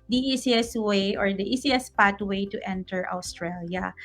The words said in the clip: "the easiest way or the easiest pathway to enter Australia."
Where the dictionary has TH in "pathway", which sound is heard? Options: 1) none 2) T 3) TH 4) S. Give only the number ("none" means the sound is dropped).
2